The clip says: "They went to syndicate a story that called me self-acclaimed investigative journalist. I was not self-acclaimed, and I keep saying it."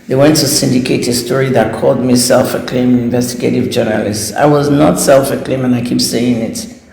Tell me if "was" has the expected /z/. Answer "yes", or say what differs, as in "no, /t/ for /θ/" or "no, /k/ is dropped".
yes